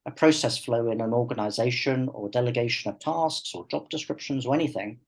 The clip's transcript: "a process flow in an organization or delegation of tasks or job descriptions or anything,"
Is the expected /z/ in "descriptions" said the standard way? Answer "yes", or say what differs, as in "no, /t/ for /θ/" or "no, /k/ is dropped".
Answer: yes